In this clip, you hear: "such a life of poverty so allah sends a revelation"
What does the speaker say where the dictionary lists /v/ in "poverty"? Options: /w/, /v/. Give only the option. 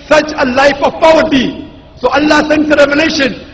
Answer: /w/